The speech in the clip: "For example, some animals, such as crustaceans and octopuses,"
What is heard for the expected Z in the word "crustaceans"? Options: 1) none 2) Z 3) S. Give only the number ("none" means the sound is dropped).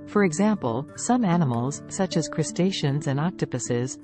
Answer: 2